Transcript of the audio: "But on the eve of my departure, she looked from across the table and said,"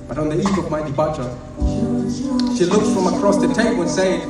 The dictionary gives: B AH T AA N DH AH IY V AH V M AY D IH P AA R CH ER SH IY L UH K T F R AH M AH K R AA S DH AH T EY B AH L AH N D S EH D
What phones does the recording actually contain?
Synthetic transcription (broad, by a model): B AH T AA N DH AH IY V AH V M AY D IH B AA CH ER SH IY L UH K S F R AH M AH K R AA S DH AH T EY AH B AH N S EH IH